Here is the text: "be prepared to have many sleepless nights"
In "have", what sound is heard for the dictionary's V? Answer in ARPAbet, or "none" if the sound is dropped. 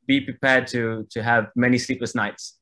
V